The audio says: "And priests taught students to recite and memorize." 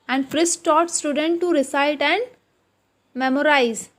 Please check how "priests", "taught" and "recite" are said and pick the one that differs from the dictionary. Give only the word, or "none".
priests